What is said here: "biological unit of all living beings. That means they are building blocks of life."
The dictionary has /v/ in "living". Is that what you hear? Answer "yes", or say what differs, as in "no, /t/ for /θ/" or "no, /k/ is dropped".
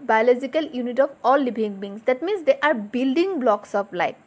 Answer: no, /b/ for /v/